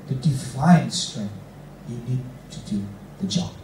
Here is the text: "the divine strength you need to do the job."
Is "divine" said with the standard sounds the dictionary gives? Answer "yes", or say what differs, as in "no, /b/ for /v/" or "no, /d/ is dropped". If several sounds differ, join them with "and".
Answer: no, /f/ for /v/